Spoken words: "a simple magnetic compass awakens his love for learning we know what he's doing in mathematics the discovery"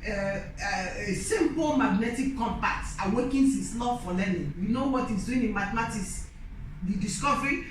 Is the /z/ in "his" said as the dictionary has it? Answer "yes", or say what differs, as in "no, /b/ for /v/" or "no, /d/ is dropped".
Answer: no, /s/ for /z/